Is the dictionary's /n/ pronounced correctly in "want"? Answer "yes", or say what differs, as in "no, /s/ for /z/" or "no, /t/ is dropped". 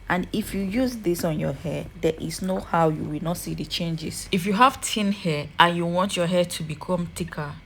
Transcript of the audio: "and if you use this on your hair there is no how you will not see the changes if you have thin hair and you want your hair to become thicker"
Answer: yes